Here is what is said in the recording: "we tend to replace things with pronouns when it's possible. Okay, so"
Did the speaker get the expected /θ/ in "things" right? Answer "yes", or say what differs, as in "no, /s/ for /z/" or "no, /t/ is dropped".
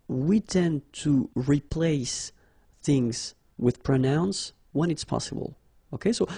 yes